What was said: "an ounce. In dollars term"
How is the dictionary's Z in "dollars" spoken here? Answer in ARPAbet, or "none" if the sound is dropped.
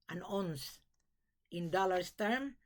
S